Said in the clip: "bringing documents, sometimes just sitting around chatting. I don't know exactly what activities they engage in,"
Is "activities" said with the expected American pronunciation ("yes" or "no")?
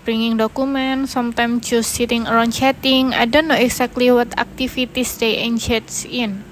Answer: no